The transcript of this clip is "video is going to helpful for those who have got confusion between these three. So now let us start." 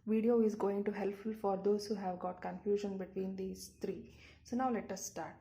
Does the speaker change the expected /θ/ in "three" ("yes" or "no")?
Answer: yes